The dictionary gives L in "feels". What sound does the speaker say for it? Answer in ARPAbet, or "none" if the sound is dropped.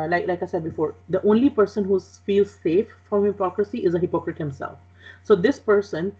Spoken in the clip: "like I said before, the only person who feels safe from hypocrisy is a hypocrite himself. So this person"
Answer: L